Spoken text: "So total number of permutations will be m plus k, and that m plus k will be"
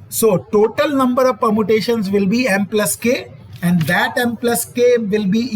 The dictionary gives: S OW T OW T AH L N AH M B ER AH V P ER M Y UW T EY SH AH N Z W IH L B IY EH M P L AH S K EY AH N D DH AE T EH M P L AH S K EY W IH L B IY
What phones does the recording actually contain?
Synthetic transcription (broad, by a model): S OW T OW T AH L N AH M B ER AH V P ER M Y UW T EY SH AH N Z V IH L B IY EH M P L AH S K EY AH N D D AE T EH M P L AH S K EY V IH L B IY